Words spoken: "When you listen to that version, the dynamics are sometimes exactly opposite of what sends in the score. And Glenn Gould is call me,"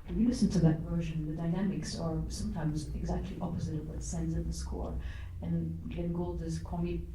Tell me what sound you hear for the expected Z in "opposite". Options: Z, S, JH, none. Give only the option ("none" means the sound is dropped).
Z